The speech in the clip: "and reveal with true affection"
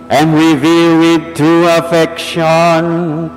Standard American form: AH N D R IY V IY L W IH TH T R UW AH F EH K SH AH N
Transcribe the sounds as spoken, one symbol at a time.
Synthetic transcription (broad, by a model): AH N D R IY V IY L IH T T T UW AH F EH K SH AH N